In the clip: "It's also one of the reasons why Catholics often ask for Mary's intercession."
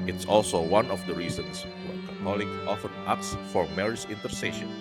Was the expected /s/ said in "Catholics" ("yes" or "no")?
no